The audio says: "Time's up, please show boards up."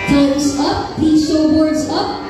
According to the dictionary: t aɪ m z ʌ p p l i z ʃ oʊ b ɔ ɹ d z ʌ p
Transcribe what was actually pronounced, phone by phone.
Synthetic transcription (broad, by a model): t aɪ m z ʌ p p i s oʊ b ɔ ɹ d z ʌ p